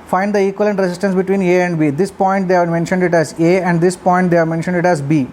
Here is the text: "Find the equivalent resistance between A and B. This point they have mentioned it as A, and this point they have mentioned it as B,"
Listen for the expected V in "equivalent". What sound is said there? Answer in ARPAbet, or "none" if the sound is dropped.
none